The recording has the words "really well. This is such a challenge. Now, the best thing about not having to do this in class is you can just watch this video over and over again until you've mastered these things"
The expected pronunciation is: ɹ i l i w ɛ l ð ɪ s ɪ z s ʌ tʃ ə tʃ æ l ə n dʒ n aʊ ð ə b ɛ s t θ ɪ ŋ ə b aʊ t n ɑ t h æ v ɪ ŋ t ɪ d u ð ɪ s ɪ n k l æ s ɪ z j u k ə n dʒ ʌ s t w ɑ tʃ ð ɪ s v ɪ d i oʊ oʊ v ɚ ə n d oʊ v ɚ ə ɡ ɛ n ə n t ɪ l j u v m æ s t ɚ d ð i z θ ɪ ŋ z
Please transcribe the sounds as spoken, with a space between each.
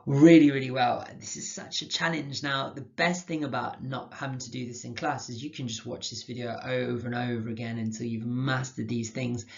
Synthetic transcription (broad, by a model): ɹ i l i w ɛ l ð ɪ s ɪ z s ʌ tʃ ə tʃ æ l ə n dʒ n aʊ ð ə b ɛ s t θ ɪ ŋ ə b aʊ t n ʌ t h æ v ɪ ŋ t ɪ d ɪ ð ɪ s ɪ n k l æ s ɪ z j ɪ k ə n dʒ ʌ s t w ɑ tʃ ð ɪ s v ɪ d i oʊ oʊ v ɚ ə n oʊ v ɚ ə ɡ ɛ n ə n t ɪ l j u v m æ s t ɚ d ð i z θ ɪ ŋ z